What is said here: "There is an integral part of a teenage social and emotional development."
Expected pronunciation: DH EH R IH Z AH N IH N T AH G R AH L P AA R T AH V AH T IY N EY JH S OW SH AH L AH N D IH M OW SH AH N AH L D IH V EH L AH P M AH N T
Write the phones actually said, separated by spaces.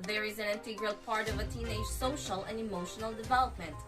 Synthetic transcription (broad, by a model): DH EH R IH Z AH N IH N T AH G R AH L P AA R T AH V AH T IY N EY JH S OW SH AH L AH N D IH M OW SH AH N AH L D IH V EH L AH P M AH N T